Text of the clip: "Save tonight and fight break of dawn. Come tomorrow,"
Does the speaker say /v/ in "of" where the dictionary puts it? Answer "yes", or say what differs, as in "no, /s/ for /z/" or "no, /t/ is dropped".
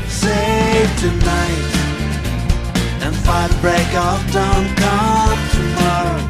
no, /f/ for /v/